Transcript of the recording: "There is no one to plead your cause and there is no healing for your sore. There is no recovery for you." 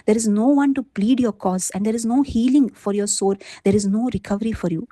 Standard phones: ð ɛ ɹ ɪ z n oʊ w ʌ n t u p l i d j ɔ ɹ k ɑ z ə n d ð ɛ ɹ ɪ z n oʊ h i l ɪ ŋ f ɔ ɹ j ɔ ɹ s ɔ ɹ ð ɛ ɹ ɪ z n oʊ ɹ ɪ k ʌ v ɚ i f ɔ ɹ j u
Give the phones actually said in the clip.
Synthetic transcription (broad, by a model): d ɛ ɹ ɪ z n oʊ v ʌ n t u p l i d j ɔ ɹ k ɑ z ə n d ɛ ɹ ɪ z n oʊ h i l ɪ ŋ f ɔ ɹ j ɔ ɹ s ɔ ɹ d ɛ ɹ ɪ z n oʊ ɹ ɪ k ʌ v ɚ i f ɔ ɹ j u